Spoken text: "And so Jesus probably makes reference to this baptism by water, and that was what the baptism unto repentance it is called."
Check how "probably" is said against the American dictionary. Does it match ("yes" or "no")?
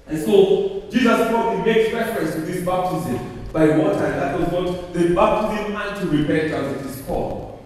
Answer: no